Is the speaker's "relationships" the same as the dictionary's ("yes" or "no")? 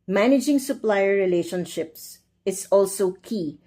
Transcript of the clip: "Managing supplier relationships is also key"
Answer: yes